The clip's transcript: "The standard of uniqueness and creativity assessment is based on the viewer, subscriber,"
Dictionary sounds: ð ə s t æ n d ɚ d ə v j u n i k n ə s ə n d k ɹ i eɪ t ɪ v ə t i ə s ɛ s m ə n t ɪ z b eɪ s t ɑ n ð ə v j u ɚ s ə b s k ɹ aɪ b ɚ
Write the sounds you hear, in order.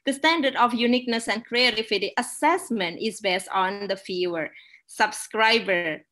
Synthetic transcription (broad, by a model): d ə s t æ n d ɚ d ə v j u n i k n ə s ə n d k ɹ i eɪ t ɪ f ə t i ə s ɛ s m ə n t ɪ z b eɪ s t ɑ n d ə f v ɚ s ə b s k ɹ aɪ b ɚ